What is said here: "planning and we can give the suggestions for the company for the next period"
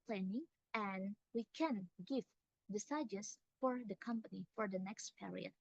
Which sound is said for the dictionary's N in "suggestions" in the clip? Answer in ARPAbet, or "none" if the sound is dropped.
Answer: none